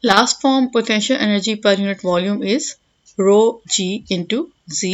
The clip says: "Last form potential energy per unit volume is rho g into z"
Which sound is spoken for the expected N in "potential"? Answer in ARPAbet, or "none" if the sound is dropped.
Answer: N